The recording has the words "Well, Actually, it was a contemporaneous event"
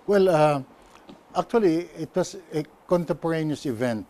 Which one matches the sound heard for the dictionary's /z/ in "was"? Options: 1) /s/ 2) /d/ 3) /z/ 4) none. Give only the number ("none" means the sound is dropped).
1